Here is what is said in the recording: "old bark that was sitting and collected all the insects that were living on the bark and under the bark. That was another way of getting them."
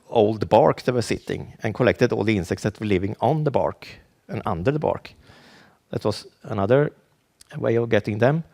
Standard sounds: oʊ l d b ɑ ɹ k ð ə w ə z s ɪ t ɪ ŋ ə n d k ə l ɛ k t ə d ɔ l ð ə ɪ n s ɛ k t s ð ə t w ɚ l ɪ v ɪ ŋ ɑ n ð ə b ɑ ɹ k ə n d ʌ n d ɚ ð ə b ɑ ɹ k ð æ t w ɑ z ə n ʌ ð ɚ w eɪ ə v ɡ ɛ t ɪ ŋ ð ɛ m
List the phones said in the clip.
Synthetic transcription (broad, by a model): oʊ l d b ɑ ɹ k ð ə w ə s ɪ t ɪ ŋ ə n k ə l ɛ k t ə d ɔ l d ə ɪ n s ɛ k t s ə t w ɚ l ɪ v ɪ ŋ ɑ n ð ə b ɑ ɹ k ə n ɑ n d ɚ ð ə b ɑ ɹ k ð æ t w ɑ s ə n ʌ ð ɚ w eɪ ə v ɡ ɛ t ɪ ŋ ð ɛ m